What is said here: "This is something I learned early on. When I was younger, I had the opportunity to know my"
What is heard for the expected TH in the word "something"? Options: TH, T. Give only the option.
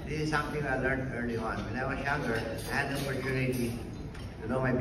T